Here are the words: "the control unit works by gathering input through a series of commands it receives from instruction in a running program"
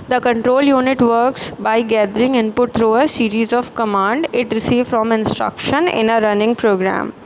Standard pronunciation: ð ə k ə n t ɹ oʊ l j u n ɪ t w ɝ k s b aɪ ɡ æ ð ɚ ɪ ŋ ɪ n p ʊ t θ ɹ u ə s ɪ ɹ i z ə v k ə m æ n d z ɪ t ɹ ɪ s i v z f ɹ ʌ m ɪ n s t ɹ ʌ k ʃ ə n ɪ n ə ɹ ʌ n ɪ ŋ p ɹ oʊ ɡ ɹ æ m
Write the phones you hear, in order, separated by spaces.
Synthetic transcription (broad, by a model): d ə k ə n t ɹ oʊ l j u n ɪ t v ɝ k s b aɪ ɡ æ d ɚ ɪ ŋ ɪ n p ʊ t t ɹ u ə s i ɹ i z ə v k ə m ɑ n d ɪ t ɹ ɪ s i v f ɹ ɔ m ɪ n s t ɹ ʌ k ʃ ə n ɪ n ə ɹ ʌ n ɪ ŋ p ɹ oʊ ɡ ɹ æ m